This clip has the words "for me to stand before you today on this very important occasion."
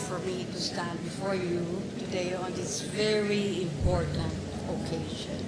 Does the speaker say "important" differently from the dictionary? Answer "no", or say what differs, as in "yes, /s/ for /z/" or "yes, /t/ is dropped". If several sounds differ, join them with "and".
no